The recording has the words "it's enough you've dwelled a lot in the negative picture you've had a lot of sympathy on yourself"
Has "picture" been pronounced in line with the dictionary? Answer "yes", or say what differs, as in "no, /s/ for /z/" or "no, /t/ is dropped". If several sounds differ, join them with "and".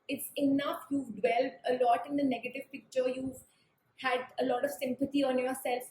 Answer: yes